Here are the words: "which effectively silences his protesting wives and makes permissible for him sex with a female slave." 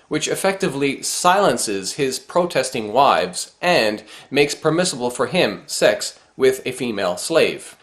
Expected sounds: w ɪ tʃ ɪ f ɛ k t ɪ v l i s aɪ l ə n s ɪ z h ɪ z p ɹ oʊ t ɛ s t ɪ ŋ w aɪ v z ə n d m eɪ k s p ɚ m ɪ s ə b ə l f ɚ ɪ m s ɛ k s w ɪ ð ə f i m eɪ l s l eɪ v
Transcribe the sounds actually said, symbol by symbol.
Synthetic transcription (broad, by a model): w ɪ tʃ ɪ f ɛ k t ɪ v l i s aɪ l ə n s ɪ z h ɪ z p ɹ oʊ t ɛ s t ɪ ŋ w aɪ v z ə n m eɪ k s p ɚ m ɪ s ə b l f ɚ ɪ m s ɛ k s w ɪ ð ə f i m eɪ l s l eɪ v